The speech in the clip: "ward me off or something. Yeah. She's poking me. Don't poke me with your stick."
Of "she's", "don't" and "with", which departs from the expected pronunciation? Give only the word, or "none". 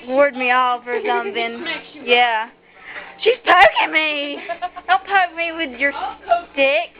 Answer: don't